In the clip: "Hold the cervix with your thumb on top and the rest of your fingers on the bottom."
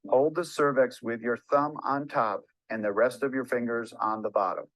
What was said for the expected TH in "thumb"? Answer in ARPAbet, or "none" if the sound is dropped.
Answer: TH